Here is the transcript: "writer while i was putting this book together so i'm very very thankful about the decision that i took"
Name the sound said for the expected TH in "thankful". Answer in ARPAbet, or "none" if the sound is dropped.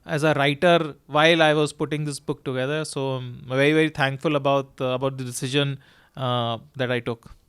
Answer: T